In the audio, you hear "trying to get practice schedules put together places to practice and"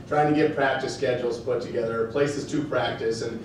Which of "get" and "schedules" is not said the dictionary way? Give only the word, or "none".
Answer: none